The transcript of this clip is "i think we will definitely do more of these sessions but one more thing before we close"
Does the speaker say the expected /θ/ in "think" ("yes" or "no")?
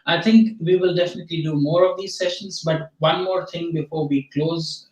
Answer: no